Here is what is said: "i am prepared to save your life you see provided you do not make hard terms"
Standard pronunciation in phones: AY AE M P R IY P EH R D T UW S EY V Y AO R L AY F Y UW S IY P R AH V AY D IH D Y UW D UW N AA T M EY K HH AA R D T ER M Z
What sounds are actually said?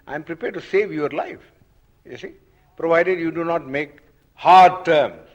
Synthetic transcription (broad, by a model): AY M P R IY P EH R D T UW S EY V Y AO R L AY F Y UW S IY P R AH V AY D IH D Y UW D UW N AA T M EY K HH AA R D T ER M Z